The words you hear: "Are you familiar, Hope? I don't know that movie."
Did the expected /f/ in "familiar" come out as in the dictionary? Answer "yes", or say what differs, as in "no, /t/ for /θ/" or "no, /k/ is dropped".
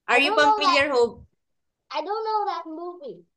no, /p/ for /f/